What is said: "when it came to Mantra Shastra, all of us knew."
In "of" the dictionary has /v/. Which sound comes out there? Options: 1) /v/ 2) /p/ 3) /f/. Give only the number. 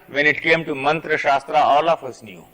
3